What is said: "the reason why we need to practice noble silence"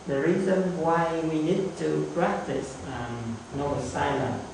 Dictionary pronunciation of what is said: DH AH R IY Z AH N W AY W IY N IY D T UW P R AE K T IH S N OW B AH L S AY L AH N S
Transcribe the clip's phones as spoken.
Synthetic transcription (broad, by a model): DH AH R IY Z AH N W AY W IY N IY D T UW P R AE K T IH S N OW AH S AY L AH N